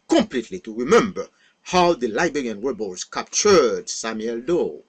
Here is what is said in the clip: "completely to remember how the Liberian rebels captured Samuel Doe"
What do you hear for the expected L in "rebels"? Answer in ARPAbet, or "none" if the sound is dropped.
none